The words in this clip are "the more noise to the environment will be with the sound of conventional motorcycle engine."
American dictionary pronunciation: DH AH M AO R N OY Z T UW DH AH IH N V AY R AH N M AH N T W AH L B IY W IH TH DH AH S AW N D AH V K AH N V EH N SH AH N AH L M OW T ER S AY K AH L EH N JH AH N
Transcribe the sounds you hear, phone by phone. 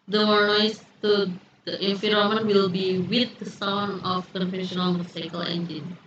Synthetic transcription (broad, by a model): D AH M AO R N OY S T UW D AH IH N F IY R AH M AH N W AH L B IY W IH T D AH S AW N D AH F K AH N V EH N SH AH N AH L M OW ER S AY K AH L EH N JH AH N